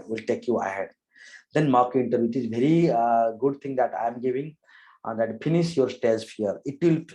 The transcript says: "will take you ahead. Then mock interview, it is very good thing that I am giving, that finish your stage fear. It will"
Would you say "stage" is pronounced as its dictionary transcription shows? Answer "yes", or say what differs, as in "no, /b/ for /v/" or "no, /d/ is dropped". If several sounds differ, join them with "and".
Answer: no, /z/ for /dʒ/